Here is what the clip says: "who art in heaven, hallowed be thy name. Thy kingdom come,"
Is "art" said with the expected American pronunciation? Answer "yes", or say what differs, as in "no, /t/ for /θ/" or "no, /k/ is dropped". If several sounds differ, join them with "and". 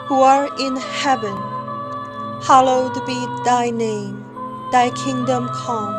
no, /t/ is dropped